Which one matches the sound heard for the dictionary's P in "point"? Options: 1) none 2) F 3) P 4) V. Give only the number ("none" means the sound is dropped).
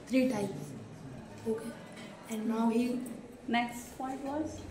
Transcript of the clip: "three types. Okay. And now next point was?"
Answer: 2